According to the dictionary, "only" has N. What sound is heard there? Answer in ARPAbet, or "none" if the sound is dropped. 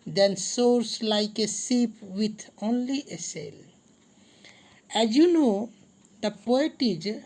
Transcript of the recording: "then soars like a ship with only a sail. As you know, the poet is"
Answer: N